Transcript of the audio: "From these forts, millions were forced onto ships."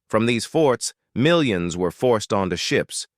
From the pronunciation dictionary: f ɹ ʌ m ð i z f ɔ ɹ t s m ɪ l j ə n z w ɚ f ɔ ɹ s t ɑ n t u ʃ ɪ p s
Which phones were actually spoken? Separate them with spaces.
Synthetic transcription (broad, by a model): f ɹ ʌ m ð i z f ɔ ɹ t s m ɪ l j ə n z w ɚ f ɔ ɹ s t n t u ʃ ɪ p s